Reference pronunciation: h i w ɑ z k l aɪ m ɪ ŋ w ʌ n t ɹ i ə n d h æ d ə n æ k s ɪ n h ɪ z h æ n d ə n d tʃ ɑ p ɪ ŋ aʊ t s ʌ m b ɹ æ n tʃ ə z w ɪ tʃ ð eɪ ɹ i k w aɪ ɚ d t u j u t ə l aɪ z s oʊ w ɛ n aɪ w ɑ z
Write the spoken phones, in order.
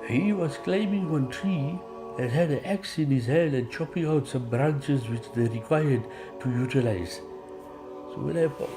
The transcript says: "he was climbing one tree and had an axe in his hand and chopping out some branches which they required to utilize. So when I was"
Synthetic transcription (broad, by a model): h i w ɑ z k l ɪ m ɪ ŋ w ʌ n t ɹ i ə n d h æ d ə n æ k s ɪ n h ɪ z h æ n d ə n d tʃ ɑ p ɪ ŋ aʊ t s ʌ m b ɹ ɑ n tʃ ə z w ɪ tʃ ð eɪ ɹ i k w aɪ ɚ d t u j u t ə l aɪ z s oʊ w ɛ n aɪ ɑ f